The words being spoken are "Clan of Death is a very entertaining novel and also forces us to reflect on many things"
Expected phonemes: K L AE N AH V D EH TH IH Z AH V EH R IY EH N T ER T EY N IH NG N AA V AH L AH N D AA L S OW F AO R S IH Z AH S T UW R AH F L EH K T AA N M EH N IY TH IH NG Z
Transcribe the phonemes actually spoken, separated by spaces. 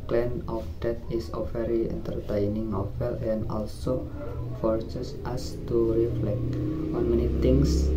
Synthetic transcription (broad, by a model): K L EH N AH F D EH T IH S AH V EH R IY EH N T ER T EY N IH NG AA F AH L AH N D AA L S OW F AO R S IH S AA S T UW R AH F L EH K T AA N M EH N IY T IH NG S